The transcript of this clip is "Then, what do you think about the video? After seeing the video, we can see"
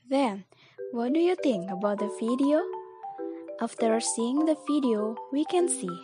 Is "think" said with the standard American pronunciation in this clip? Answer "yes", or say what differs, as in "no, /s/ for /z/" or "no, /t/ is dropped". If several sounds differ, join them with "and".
yes